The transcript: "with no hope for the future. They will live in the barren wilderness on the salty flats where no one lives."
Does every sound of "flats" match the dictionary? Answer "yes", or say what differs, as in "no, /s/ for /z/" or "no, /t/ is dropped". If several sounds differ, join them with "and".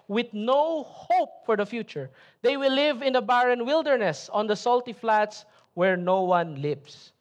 yes